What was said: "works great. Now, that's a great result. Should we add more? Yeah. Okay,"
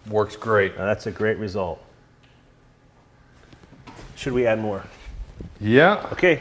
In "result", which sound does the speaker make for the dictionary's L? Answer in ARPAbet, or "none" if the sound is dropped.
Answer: L